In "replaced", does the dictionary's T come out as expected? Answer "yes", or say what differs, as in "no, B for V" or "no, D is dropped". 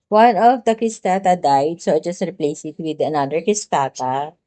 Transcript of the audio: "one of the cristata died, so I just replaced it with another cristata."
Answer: no, T is dropped